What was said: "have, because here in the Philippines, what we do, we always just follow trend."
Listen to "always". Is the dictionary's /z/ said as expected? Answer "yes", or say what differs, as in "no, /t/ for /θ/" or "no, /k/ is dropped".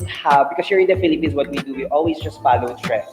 no, /s/ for /z/